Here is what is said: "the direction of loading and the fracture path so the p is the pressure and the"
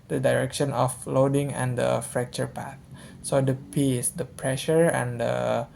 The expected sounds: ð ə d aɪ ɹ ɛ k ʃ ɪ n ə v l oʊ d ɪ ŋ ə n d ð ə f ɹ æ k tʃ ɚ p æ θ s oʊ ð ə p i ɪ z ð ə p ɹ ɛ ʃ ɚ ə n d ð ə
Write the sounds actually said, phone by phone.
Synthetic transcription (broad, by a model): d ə d aɪ ɹ ɛ k ʃ ɪ n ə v l oʊ d ɪ ŋ ə n d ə f ɹ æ k tʃ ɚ p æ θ s oʊ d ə p i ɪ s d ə p ɹ ɛ ʃ ɚ ə n d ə